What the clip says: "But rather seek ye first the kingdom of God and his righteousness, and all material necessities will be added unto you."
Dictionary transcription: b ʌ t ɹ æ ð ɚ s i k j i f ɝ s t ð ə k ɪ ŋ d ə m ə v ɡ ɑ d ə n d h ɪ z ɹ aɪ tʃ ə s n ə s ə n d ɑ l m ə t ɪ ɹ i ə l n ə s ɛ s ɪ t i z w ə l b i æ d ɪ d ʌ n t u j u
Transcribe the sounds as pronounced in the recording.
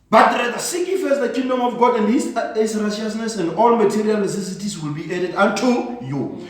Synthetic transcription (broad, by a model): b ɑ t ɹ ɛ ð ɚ s i k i f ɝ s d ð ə k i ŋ d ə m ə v ɡ ɑ d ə n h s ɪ s ɹ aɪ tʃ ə s n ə s ə n d ɑ l m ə t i ɹ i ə l n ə s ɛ s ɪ t i s w ə l b i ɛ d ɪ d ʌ n t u j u